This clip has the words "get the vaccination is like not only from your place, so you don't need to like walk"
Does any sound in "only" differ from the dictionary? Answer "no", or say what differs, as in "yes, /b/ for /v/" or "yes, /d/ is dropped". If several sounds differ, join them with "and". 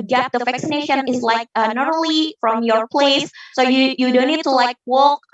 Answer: yes, /n/ is dropped